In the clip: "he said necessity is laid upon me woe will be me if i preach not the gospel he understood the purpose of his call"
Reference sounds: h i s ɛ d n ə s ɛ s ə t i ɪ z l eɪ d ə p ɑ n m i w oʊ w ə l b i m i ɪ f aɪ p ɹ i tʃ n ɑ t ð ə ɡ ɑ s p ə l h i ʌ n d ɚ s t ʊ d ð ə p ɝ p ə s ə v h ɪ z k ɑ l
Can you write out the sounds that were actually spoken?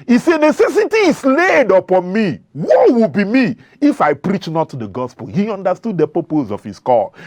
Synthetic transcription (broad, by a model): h i s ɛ n ə s ɛ s ə t i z l eɪ d ə p ɑ n m i w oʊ w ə b i m i ɪ f aɪ p ɹ i tʃ n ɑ t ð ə ɡ ɑ s p ə l h i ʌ n d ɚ s t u d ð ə p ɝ p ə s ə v h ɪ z k ɑ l